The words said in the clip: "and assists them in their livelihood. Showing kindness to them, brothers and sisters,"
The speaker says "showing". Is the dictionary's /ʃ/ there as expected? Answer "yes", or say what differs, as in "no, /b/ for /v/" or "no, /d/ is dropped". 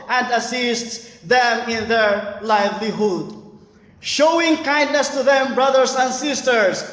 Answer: yes